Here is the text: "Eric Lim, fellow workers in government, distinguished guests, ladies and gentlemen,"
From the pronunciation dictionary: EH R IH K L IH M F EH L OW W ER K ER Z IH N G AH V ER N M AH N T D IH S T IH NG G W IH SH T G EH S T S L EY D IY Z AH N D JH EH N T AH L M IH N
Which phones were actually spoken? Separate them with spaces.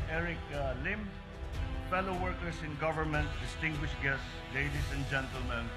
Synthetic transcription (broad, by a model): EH R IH K L IH M F EH L OW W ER K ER S IH N G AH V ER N M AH N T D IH S T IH NG G W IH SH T G EH S T S L EY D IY S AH N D JH EH N T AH L M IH N